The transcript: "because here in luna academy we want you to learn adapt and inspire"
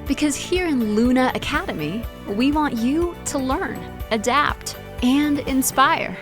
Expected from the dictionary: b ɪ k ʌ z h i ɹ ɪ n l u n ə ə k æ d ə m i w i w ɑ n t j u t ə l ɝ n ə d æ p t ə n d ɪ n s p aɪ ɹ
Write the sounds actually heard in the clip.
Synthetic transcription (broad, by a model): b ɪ k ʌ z h i ɹ ɪ n l u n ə ə k æ d ə m i w i w ɑ n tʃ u t ə l ɝ n ə d æ p t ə n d ɪ n s p aɪ ɹ